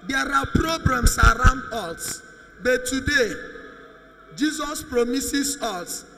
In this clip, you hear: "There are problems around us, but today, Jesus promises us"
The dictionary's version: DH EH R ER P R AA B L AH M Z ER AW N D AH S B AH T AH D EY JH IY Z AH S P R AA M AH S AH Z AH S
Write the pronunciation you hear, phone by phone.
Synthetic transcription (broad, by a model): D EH R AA P R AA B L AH M S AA AW N D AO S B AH T AH D EY JH IY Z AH S P R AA M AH S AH S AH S